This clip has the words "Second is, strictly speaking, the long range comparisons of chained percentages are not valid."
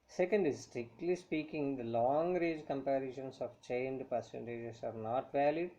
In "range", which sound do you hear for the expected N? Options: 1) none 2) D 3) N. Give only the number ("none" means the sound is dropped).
1